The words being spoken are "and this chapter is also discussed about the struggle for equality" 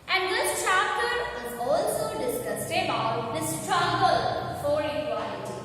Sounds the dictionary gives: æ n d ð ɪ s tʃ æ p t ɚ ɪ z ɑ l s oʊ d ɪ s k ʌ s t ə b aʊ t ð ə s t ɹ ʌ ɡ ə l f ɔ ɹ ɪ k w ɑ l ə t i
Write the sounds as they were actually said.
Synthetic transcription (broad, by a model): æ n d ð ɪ s tʃ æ p t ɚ ɪ z ɑ l s oʊ d ɪ s k ʌ s t ə b aʊ t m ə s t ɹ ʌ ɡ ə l f ɔ ɹ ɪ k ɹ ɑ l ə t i